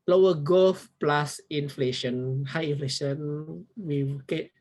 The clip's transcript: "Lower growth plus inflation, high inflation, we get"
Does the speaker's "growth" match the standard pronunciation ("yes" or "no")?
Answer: no